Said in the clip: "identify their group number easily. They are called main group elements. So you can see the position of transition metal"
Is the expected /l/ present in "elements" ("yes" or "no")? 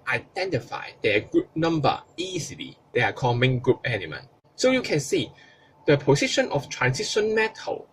no